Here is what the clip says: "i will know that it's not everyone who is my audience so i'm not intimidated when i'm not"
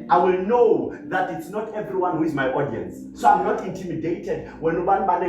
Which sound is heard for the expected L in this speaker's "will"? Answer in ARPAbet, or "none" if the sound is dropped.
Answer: L